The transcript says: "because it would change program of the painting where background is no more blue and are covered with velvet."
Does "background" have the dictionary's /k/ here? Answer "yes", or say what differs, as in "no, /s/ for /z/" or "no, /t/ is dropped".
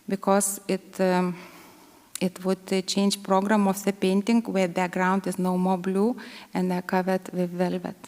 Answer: no, /k/ is dropped